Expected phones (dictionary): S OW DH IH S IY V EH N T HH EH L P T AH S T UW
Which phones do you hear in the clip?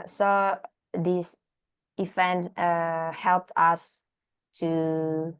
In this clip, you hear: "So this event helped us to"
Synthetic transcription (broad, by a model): S OW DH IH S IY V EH N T HH EH L P T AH S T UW